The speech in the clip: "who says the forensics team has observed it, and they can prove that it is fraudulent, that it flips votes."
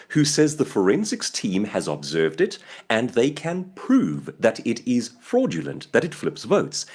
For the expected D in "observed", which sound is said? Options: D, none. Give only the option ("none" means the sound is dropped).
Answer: D